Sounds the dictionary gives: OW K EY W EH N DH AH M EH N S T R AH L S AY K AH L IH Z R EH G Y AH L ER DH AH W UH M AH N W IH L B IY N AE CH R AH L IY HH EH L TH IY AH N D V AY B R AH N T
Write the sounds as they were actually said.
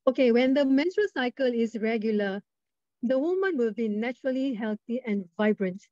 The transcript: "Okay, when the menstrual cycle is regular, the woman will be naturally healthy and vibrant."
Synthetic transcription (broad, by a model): OW K EY W EH N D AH M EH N T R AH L S AY K AH L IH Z R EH G Y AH L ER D AH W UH M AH N W IH L B IY N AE CH R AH L IY HH EH L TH IY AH N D V AY B R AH N T